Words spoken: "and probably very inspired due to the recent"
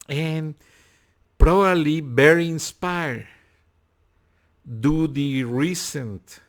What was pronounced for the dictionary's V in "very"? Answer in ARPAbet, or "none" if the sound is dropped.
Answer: B